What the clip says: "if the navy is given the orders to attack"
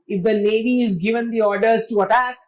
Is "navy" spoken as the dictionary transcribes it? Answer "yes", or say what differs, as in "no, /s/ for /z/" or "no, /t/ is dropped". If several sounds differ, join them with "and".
no, /l/ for /n/